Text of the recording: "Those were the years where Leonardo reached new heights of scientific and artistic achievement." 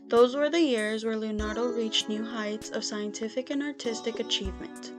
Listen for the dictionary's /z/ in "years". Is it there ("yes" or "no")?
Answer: yes